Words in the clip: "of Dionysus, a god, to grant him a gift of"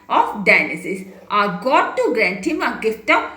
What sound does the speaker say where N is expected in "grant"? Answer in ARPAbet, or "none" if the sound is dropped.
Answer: N